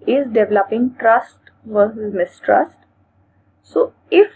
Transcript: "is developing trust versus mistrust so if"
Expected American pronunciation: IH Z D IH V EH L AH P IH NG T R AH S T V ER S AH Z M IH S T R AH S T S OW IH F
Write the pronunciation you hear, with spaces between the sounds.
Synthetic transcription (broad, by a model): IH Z D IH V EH L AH P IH NG T R AH S T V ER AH M IH S T R AH S T S OW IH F